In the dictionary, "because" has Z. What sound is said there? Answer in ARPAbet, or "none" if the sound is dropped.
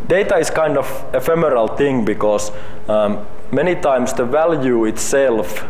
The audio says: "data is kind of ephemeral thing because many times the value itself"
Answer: S